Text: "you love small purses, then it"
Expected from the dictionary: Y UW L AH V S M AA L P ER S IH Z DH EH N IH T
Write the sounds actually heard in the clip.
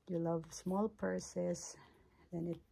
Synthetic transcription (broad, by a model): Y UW L AH V S M AA L P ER S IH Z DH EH N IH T